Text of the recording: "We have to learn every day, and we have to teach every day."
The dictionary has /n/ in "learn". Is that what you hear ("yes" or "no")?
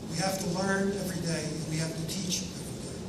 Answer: yes